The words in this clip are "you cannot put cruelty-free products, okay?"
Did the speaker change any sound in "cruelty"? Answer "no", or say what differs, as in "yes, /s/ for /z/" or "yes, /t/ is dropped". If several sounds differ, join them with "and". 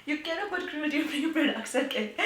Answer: yes, /l/ is dropped